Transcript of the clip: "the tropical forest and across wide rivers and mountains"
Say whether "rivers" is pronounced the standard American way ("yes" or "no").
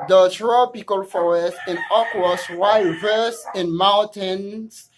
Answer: no